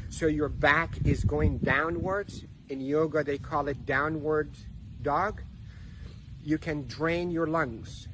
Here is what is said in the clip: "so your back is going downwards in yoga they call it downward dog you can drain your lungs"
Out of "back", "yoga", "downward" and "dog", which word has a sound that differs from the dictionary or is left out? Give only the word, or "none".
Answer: none